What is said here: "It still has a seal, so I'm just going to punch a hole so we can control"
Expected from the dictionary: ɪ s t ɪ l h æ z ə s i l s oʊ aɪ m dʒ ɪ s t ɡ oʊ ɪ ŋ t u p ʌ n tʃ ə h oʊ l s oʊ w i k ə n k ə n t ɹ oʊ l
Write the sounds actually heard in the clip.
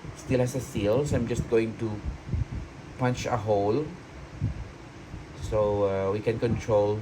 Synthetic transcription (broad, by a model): s t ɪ l h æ s ə s i l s aɪ m dʒ ɪ s t ɡ oʊ ɪ ŋ t u p ʌ n tʃ ə h oʊ l s oʊ w i k ə n k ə n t ɹ oʊ l